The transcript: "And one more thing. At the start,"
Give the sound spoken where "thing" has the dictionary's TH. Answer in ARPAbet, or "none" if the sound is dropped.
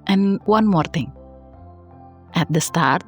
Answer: T